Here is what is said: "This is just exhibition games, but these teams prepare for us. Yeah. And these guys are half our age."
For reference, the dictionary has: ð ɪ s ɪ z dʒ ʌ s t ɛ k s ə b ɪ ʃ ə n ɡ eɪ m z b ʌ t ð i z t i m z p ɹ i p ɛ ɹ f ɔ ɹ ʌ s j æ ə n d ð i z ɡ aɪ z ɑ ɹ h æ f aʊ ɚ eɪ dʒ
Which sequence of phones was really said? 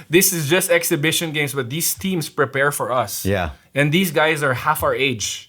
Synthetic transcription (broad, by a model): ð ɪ s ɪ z dʒ ʌ s t ɛ k s ə b ɪ ʃ ə n ɡ eɪ m s b ʌ t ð i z t i m s p ɹ i p ɛ ɹ f ɔ ɹ ʌ s j æ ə n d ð i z ɡ aɪ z ɑ ɹ h æ f aʊ ɚ eɪ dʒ